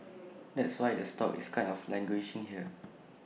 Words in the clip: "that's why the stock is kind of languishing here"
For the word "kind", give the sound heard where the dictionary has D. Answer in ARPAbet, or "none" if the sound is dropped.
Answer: none